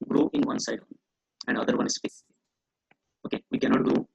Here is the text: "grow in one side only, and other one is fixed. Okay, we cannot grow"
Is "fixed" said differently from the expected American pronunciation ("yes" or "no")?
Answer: yes